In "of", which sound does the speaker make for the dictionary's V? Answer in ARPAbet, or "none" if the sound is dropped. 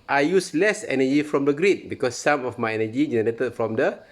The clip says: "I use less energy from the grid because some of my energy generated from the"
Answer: F